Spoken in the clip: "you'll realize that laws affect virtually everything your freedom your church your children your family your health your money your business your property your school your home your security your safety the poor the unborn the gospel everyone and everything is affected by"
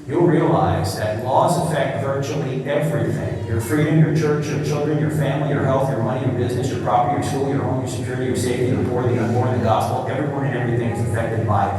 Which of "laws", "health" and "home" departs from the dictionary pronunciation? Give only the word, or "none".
none